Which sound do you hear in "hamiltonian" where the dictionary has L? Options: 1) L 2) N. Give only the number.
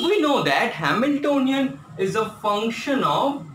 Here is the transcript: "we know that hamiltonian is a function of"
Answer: 1